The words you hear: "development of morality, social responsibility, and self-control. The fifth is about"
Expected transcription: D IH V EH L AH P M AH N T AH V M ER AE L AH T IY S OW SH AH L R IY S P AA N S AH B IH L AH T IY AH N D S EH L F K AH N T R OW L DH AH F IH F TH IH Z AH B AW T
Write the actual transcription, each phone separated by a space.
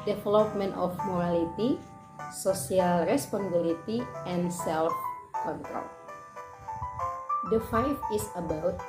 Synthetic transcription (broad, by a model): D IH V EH L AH P M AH N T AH F M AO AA L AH T IY S OW S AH L R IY S P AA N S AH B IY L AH T IY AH N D S EH L F K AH N T R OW L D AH F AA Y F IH S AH B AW T